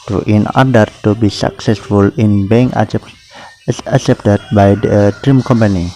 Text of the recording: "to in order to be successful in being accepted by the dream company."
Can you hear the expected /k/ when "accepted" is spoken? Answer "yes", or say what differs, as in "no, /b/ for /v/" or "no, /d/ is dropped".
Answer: no, /k/ is dropped